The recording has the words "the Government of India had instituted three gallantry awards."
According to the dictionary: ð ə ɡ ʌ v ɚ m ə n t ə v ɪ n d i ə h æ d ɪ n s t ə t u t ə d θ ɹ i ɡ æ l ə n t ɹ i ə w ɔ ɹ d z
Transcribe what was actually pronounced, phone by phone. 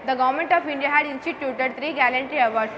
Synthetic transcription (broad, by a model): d ə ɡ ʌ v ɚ m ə n t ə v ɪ n d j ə h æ d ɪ n s t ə t u t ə d t ɹ i ɡ æ l ə n t ɹ i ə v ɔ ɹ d